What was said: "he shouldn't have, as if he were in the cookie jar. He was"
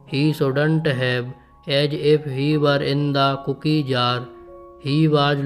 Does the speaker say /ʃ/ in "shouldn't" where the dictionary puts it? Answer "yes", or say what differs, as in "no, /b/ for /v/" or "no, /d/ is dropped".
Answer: no, /s/ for /ʃ/